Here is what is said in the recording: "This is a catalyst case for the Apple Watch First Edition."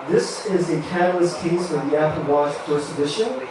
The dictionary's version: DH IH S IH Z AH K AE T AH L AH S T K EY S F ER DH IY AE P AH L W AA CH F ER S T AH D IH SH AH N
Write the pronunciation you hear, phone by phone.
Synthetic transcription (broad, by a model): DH IH S IH Z AH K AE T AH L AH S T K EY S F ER DH IY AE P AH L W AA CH P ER S AH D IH SH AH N